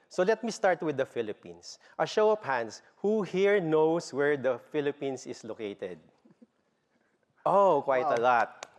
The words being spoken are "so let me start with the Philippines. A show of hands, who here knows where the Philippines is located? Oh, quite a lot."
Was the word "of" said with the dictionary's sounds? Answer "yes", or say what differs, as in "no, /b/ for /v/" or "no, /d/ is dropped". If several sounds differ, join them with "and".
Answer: no, /p/ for /v/